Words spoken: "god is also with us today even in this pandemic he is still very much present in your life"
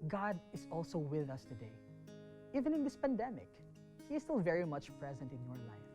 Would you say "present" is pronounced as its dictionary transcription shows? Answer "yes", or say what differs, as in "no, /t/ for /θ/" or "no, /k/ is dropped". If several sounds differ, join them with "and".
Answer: yes